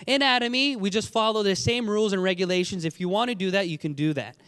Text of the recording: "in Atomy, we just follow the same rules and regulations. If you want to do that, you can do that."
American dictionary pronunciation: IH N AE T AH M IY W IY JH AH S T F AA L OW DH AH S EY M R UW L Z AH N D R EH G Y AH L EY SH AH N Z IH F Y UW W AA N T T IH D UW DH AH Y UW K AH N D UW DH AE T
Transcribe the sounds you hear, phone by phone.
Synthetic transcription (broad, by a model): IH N AE T AH M IY W IY JH AH S T F AA L OW DH AH S EY M R UW L Z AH N R EH G Y AH L EY SH AH N Z IH F Y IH W AA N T T IH D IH DH AH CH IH K AH N D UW DH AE T